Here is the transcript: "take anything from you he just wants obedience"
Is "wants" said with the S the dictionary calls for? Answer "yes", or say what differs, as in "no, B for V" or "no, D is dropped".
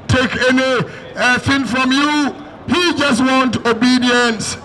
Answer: no, S is dropped